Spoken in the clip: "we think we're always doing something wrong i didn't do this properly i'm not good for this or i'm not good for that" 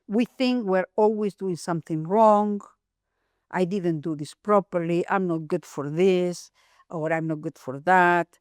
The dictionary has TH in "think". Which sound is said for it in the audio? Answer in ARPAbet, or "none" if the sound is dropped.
TH